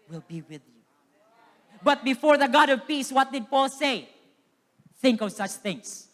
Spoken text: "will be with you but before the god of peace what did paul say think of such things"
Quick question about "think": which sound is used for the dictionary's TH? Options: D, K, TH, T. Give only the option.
TH